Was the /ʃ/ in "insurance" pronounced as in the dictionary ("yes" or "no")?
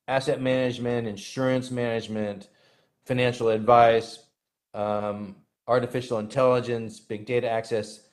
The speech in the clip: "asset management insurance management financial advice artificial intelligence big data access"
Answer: yes